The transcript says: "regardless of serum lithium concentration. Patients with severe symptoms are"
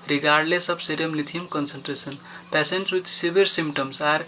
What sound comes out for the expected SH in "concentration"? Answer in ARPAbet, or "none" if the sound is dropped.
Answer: S